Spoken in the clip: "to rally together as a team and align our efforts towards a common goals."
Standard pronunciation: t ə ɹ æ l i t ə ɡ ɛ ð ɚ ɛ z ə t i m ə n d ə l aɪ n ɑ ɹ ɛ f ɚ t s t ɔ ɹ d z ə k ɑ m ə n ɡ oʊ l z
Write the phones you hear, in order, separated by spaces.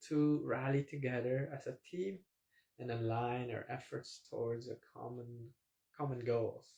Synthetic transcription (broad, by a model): t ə ɹ æ l i t ə ɡ ɛ ð ɚ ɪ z ə t i m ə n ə l aɪ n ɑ ɹ ɛ f ɚ t s t ɔ ɹ d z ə k ɑ m ə n ɡ oʊ l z